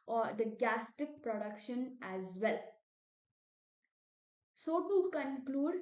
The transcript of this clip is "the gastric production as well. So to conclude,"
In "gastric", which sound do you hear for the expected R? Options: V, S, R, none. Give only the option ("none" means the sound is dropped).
none